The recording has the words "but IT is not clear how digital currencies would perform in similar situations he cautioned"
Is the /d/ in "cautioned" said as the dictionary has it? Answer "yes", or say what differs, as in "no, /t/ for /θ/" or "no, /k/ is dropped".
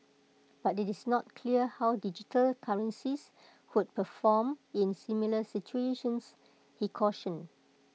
no, /d/ is dropped